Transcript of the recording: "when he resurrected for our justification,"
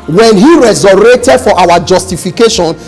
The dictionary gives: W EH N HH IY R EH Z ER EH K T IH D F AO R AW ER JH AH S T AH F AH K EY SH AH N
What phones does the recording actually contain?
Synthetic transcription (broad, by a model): W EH N HH IY R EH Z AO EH T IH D F AO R AW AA JH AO S T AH F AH K EY SH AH N